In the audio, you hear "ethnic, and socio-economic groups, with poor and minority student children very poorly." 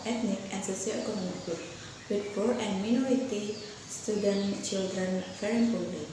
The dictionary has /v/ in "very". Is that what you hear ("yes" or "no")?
no